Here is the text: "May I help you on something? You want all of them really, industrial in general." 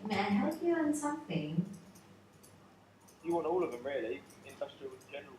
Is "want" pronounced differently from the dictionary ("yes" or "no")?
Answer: yes